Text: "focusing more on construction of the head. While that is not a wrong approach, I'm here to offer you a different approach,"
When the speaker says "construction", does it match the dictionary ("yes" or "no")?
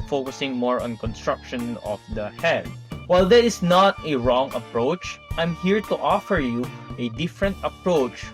yes